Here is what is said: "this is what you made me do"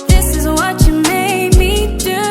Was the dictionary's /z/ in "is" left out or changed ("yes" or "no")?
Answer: no